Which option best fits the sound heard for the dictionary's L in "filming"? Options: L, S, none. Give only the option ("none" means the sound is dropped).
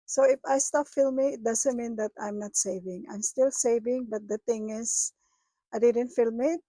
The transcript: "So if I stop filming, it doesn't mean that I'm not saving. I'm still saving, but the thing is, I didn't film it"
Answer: L